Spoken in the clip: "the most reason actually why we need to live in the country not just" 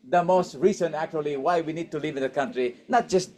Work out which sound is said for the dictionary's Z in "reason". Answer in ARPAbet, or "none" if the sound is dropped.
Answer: S